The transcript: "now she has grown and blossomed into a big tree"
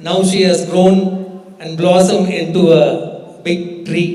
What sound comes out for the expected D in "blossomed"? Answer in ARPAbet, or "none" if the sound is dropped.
none